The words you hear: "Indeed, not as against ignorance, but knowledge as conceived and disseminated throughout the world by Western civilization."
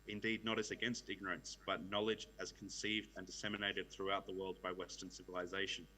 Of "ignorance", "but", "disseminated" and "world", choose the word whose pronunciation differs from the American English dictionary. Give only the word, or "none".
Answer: none